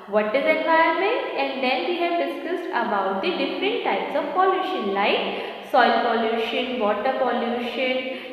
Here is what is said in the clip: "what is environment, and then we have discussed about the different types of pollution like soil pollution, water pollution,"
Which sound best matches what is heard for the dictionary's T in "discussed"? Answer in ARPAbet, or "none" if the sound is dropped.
T